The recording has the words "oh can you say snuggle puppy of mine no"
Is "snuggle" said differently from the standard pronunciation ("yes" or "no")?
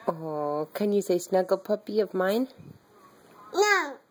no